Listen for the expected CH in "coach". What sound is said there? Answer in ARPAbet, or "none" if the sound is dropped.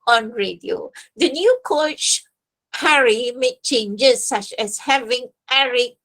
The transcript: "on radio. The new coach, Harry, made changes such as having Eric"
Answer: CH